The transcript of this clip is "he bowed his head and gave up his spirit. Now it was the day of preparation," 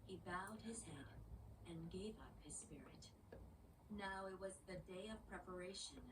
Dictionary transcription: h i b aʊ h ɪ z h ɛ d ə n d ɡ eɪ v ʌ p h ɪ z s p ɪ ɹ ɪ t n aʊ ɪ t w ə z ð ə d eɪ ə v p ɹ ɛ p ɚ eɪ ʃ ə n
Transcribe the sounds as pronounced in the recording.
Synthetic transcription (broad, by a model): h i b aʊ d ɪ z h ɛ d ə n ɡ eɪ v ʌ p h ɪ z s p ɪ ɹ ɪ t n aʊ ɪ t w ə z ð ə d eɪ ə v p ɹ ɛ p ɚ eɪ ʃ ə n